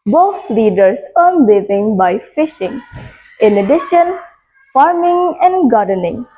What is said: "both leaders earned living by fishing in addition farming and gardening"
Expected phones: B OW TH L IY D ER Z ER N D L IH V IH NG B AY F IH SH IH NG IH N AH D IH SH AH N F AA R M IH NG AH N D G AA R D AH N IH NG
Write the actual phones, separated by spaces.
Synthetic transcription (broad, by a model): B OW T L IY D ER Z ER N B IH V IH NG B AY F IH SH IH NG IH N AH D IH SH AH N F AA R M IH NG AH N D G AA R D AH N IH NG